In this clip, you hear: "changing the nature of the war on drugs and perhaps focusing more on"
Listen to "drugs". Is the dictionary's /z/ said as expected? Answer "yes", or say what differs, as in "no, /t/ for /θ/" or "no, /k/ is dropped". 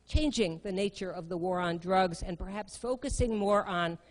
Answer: yes